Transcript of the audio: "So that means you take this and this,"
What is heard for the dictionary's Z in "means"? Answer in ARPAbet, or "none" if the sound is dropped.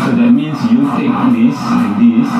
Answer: S